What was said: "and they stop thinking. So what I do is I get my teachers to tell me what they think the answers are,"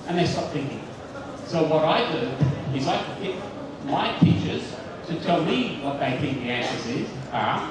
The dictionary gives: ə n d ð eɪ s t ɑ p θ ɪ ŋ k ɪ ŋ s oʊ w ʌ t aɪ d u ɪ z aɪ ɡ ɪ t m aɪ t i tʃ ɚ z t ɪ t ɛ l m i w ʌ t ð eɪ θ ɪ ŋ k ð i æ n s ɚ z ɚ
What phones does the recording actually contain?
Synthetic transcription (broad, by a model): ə n ð eɪ s t ɑ p θ ɪ ŋ k ɪ ŋ s oʊ w ʌ t aɪ d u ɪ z aɪ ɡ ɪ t m aɪ t i tʃ ɚ z t ɪ t ɛ l m i w ʌ t ð eɪ θ ɪ ŋ k ð i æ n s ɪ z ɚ